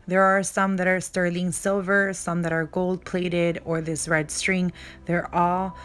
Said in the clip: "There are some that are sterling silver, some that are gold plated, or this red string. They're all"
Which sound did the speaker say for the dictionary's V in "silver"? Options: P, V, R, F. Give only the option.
V